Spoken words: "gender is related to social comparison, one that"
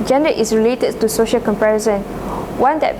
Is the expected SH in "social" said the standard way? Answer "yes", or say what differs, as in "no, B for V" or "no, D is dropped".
yes